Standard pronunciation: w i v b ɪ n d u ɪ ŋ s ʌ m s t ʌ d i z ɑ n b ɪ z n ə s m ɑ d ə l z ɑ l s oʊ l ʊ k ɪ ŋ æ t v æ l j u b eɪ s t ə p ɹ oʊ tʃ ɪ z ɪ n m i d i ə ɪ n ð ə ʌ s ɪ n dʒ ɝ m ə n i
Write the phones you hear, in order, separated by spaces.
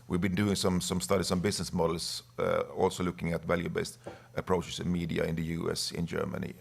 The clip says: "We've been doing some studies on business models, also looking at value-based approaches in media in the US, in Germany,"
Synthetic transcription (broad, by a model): w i v b ɪ n d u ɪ ŋ s ʌ m s t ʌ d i s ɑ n b ɪ s n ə s m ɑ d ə l s ɑ l s oʊ l ʊ k ɪ ŋ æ t v æ l j u b eɪ s t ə p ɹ oʊ tʃ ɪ s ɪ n m i d i ə ɪ n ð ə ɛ s ɪ n dʒ ɝ m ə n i